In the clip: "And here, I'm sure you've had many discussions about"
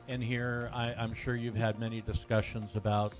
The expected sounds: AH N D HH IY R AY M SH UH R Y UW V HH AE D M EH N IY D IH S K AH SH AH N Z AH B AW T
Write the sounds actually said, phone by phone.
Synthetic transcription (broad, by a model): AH N HH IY R AY M SH UH R Y UW V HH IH D M EH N IY D IH S K AH SH AH N Z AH B AW T